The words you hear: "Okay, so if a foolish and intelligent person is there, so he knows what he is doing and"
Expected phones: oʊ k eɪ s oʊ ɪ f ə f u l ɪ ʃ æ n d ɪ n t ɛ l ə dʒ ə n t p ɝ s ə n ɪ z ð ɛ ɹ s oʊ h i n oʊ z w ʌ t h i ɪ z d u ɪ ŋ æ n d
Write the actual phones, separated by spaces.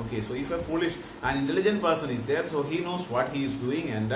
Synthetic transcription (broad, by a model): oʊ k eɪ s oʊ ɪ f ə f u l ɪ ʃ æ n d ɪ n t ɛ l ə dʒ ə n t p ɝ s ə n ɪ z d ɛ ɹ s oʊ h i n oʊ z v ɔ t h i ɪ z d u ɪ ŋ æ n d